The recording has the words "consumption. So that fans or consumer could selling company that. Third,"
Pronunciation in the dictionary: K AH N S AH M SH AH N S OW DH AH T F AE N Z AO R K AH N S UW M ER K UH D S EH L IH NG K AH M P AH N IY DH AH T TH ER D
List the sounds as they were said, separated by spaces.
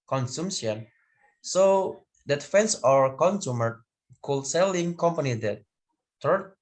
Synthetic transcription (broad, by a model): K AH N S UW M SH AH N S OW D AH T F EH N S AO R K AH N S UW M ER K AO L S EH L IH NG K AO M P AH N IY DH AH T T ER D